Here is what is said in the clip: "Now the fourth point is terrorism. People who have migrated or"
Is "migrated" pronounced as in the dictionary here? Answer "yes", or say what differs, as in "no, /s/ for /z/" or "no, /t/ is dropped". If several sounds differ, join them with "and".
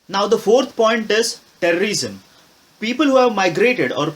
yes